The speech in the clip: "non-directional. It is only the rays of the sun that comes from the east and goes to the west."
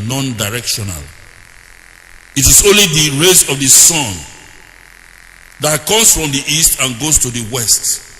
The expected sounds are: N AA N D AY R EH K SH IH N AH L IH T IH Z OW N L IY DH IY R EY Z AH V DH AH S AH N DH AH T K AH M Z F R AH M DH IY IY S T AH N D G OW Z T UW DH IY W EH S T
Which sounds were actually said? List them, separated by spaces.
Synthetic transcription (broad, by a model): N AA N D AY R EH K SH IH N AH L IH T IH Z OW N L IY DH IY R EY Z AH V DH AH S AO N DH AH T K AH M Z F R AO M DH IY IY S T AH N G OW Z T UW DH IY W EH S T